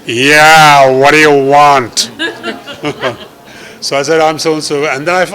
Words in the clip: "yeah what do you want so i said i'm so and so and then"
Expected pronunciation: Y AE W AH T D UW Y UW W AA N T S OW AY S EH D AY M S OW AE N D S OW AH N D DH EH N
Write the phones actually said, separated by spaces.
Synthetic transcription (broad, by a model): Y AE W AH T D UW Y UW W AA N T S OW AY S EH D AY M S OW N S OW AH N D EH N